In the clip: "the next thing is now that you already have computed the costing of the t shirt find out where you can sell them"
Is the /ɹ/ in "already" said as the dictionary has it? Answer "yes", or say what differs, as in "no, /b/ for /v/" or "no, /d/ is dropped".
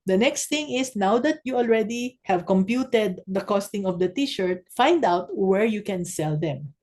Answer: yes